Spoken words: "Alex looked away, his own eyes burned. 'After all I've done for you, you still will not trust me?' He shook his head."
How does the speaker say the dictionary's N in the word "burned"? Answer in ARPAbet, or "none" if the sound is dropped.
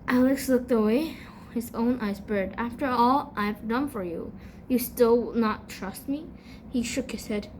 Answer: none